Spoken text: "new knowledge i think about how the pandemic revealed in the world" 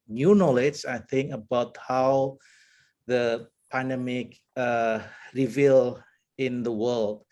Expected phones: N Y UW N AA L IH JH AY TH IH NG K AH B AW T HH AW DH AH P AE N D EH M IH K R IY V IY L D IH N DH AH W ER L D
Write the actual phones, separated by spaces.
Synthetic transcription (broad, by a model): N Y UW N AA L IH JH AY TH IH NG K AH B AW T HH AW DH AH P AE N D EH M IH K R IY V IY L IH N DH AH W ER L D